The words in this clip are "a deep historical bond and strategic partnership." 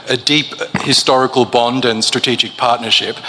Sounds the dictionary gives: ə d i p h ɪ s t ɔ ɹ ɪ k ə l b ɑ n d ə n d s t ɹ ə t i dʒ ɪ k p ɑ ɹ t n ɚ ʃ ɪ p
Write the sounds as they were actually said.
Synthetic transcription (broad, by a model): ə d i p h ɪ s t ɔ ɹ ɪ k ə l b ɑ n d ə n s t ɹ ə t i dʒ ɪ k p ɑ ɹ t n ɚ ʃ ɪ p